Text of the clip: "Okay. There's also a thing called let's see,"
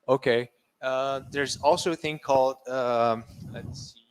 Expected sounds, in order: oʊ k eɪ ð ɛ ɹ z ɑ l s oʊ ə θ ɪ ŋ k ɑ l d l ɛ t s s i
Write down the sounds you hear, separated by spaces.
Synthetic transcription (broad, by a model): oʊ k eɪ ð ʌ ɹ z ɑ l s oʊ ə θ ɪ ŋ k ɑ l d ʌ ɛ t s s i